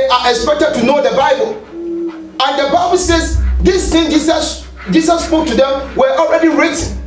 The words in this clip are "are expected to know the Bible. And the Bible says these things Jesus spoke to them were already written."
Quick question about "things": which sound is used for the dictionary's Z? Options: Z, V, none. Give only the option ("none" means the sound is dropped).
none